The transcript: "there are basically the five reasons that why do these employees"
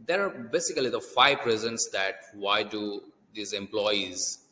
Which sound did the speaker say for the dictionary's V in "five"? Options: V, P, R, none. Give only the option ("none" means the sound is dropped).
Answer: P